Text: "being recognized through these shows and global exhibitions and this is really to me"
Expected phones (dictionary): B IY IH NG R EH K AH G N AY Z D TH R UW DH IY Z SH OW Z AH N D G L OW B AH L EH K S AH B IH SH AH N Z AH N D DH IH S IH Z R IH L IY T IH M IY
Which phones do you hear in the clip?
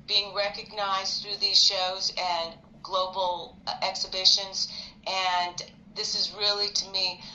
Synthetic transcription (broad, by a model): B IY IH NG R EH K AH G N AY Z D TH R UW DH IY Z SH OW Z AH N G L OW B L EH K S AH B IH SH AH N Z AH N DH IH S IH Z R IH L IY T IH M IY